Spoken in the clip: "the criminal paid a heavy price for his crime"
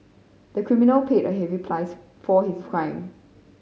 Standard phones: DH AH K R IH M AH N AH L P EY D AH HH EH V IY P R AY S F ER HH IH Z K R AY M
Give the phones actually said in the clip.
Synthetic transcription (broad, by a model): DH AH K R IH M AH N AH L P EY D AH HH EH V IY P L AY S F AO HH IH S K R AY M